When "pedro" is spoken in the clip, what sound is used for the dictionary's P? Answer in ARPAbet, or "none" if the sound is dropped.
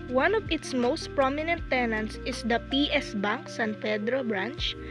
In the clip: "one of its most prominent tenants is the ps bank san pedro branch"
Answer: F